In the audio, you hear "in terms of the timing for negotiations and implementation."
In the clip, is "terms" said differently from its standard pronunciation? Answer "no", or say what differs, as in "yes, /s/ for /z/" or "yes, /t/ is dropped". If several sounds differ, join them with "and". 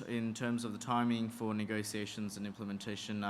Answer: no